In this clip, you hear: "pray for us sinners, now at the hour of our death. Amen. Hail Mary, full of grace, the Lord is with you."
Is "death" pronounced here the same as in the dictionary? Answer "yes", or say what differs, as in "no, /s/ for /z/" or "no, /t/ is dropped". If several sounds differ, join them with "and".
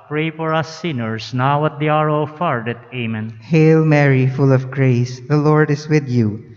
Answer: no, /t/ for /θ/